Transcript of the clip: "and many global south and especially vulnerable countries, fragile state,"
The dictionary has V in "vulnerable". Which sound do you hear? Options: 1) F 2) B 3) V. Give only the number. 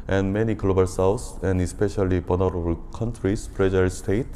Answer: 2